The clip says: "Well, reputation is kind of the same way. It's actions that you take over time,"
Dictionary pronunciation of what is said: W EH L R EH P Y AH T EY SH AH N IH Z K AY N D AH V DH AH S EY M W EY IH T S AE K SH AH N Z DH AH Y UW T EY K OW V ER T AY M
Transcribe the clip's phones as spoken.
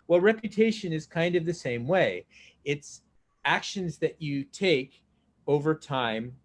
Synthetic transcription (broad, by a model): W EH L R EH P Y AH T EY SH AH N IH Z K AY N D AH V DH AH S EY M W EY IH T S AE K SH AH N Z DH AH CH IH T EY K OW V ER T AY M